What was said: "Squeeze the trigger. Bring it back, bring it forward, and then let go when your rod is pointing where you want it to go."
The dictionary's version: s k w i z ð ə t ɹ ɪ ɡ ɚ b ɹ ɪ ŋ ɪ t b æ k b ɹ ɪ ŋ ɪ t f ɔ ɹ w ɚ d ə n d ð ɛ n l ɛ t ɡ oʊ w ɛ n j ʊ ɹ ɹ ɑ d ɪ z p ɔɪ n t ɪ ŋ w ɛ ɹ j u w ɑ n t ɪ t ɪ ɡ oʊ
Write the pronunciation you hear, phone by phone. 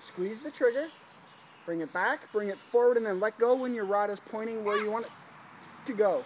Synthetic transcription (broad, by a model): s k w i z ð ə t ɹ ɪ ɡ ɚ b ɹ ɪ ŋ ɪ t b æ k b ɹ ɪ ŋ ɪ t f ɔ ɹ w ɚ d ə n ð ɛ n l ɛ t ɡ oʊ w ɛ n j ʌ ɹ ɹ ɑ d ɪ z p ɔɪ t ɪ ŋ w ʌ ɹ j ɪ w ɑ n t ɪ t ɪ ɡ oʊ